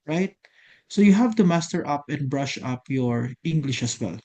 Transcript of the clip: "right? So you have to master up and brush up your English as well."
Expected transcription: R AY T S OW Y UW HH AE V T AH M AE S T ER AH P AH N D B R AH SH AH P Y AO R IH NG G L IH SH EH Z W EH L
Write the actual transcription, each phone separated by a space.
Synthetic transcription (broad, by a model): R AY T S OW Y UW HH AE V T AH M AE S T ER AH P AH N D B R AH SH AH P Y AO R IH NG G L IH SH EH S W EH L